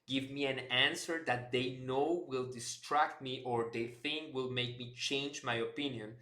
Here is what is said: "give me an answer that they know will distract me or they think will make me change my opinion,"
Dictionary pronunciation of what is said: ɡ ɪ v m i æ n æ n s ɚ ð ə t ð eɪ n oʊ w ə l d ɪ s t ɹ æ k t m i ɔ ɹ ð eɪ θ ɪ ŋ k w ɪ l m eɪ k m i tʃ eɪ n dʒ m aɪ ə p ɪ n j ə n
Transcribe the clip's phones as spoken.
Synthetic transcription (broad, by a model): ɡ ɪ v m i æ n æ n s ɚ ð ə t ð eɪ n oʊ w ə l d ɪ s t ɹ æ k t m i ɔ ɹ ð eɪ θ ɪ ŋ k w ɪ l m eɪ k m i tʃ eɪ n dʒ m aɪ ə p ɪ n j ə n